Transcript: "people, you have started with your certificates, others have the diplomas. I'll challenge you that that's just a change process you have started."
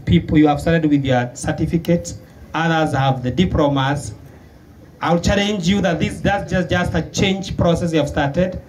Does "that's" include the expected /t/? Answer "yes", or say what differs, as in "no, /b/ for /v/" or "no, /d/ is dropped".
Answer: no, /s/ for /t/